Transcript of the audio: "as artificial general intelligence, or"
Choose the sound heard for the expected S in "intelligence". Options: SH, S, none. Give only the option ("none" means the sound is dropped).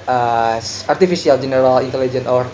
none